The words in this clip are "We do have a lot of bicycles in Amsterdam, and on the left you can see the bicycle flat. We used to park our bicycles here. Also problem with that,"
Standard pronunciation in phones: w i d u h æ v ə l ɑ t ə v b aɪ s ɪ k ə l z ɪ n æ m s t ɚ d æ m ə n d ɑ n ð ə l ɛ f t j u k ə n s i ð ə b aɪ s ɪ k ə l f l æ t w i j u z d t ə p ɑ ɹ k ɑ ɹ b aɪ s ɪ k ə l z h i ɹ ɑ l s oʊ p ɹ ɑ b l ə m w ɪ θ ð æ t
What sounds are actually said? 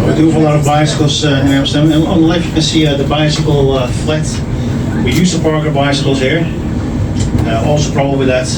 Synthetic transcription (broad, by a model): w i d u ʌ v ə l ɑ t ə v b aɪ s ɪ k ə l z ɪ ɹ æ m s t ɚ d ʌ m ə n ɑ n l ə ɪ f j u k ə n s i ð ə b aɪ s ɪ k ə l f l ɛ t w i j u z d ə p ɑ ɹ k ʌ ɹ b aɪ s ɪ k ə l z h i ɹ ɑ l s oʊ p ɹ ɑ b ə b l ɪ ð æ t